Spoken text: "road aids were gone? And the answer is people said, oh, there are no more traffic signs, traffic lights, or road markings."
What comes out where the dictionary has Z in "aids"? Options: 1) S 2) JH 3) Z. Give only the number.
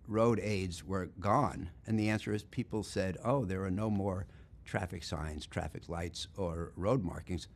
3